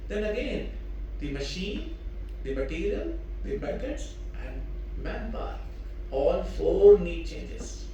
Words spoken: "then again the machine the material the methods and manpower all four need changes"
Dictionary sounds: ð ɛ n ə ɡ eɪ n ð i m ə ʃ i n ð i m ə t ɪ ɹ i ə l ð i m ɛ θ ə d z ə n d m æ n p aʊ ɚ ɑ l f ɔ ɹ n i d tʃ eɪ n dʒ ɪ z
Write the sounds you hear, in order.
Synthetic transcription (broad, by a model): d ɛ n ə ɡ eɪ n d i m ə ʃ i n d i m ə t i ɹ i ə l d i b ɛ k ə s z ə n d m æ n b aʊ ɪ ɑ l f ɔ ɹ n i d tʃ eɪ n dʒ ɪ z